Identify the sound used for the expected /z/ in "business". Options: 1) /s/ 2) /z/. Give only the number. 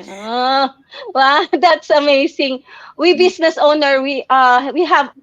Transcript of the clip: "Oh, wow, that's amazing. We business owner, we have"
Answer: 1